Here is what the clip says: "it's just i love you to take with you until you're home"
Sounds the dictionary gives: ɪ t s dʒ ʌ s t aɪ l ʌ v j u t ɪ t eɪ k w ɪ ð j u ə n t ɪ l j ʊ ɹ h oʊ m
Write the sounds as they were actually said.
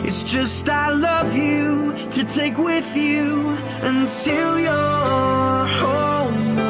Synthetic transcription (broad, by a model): ɪ t s dʒ ʌ s t aɪ l ʌ v j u t ɪ t eɪ k w ɪ ð j u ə n s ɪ l j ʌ ɹ h oʊ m